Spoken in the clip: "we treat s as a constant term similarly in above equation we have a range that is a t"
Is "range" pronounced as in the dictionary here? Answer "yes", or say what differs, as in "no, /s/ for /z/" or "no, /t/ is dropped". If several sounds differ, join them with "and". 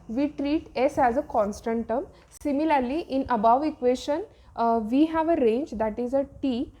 yes